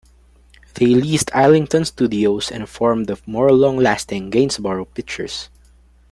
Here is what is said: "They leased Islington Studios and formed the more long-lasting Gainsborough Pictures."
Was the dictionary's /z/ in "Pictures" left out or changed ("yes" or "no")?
yes